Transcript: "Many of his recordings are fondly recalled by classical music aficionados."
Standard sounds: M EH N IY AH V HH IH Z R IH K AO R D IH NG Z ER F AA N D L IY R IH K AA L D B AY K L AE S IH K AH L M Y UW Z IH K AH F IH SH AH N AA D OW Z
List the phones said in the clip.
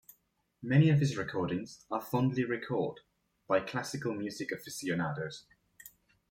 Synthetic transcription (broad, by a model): M EH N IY AH V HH IH Z R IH K AO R D IH NG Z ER F AA N D L IY R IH K AA D B AY K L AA S IH K AH L M Y UW Z IH K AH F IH S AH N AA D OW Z